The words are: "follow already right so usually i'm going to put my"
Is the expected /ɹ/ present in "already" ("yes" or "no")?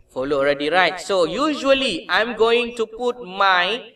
yes